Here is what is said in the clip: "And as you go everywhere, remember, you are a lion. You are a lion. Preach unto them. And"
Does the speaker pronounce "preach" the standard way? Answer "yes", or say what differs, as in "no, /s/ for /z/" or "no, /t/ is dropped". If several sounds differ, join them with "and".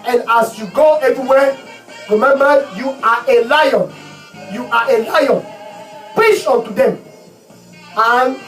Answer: no, /ɹ/ is dropped